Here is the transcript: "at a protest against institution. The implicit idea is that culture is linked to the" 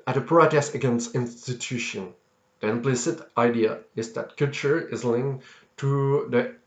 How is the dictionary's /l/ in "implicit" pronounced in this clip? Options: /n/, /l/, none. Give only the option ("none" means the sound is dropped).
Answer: /l/